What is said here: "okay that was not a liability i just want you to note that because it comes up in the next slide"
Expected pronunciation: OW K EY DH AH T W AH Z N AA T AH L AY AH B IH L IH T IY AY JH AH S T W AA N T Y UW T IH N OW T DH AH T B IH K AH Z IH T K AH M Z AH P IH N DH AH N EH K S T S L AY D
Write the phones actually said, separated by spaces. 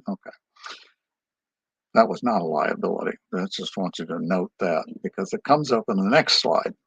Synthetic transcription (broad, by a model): OW K EY DH AH T W AH Z N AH T AH L AY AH B IH L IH T IY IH JH AH S T W AA N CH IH T IH N OW T DH AH T B IH K AH Z IH T K AH M Z AH P IH N DH AH N EH K S T S L AY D